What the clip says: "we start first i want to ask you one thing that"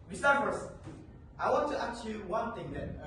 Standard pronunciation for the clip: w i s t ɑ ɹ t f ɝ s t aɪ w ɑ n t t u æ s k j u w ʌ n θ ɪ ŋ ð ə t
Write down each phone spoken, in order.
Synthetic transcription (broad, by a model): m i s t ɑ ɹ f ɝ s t aɪ w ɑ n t t u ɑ k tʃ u w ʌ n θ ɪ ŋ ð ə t